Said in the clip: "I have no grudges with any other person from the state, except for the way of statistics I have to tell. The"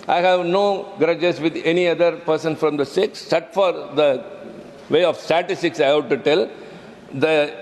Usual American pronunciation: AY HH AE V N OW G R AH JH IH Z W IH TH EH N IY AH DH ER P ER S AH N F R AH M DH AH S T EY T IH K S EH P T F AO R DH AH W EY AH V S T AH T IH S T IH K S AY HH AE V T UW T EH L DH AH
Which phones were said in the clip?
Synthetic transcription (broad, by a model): AY HH AE V N OW G R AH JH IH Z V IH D EH N IY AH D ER P ER S AH N F R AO M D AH S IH K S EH T F AO R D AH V EY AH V S T AH T IH S T IH K S AY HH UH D T UW T EH L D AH